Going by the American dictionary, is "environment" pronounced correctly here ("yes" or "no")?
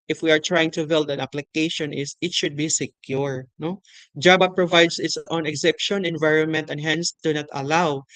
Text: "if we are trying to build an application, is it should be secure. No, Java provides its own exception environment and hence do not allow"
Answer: yes